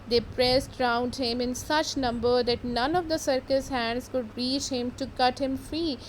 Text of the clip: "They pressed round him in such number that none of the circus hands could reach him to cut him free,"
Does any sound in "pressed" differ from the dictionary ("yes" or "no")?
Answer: no